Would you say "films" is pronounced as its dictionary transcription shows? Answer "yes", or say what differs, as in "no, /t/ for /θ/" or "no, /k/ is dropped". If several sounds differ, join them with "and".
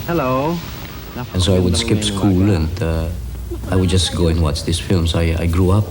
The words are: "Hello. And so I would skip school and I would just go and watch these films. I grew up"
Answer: no, /s/ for /z/